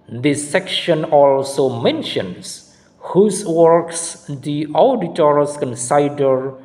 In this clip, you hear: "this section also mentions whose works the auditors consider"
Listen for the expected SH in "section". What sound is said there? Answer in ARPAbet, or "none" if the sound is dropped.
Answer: SH